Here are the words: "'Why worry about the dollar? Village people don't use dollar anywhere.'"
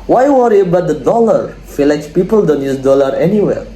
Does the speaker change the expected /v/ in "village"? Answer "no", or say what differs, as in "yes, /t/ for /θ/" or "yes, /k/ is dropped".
yes, /f/ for /v/